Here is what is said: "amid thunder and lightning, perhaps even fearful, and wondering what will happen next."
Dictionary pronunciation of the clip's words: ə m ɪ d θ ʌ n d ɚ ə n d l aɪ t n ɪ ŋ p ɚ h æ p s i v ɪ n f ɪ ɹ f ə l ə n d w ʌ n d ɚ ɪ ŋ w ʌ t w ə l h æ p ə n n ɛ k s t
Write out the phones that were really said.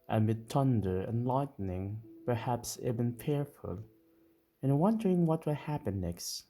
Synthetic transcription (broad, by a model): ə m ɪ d t ʌ n d ɚ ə n l aɪ t n ɪ ŋ p ɚ h æ p s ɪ b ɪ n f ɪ ɹ f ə l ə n w ʌ n d ɚ ɪ ŋ w ʌ t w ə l h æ p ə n n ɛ k s t